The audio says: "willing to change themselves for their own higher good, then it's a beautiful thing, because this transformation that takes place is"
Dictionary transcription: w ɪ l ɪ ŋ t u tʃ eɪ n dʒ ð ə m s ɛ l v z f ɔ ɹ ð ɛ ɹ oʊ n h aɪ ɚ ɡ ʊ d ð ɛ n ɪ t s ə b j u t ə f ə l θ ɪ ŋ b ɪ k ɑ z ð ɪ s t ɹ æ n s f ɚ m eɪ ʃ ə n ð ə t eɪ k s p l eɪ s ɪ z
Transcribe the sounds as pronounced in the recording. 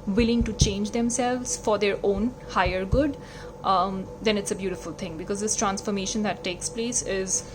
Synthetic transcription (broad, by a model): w ɪ l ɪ ŋ t u tʃ eɪ n dʒ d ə m s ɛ l v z f ɔ ɹ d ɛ ɹ oʊ n h aɪ ɚ ɡ ʊ d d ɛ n ɪ t s ə b j u t ə f ə l t ɪ ŋ b ɪ k ɑ z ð ɪ s t ɹ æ n s f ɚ m eɪ ʃ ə n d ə t eɪ k s p l eɪ s ɪ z